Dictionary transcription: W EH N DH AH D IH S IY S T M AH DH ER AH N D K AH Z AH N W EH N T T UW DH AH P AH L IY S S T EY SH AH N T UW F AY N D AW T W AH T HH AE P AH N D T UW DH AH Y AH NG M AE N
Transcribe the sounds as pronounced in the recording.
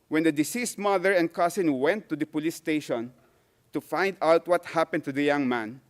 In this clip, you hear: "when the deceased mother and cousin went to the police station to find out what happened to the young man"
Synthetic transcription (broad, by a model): W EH N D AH D IH S IY S T M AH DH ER AH N D K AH S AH N W EH N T T UW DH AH P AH L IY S S T EY SH AH N T UW F AY N D AW T W AH T HH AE P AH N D T UW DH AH Y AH NG M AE N